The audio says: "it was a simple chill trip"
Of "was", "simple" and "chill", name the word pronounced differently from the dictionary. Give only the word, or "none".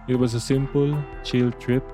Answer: was